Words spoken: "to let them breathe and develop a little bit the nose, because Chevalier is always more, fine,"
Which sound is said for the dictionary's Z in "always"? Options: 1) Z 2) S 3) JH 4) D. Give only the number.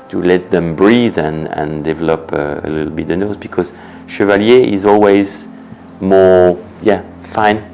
1